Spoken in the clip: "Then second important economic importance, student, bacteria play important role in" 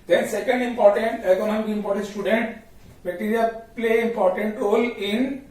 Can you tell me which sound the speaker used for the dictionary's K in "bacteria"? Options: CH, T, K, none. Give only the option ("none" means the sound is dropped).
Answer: none